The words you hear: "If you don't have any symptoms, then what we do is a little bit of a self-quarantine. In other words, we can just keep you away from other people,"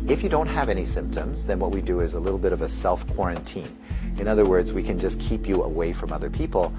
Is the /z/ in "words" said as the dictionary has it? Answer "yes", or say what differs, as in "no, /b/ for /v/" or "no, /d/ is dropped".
yes